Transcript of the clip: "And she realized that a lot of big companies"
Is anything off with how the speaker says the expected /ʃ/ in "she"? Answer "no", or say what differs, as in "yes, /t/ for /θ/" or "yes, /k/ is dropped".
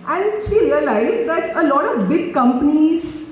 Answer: no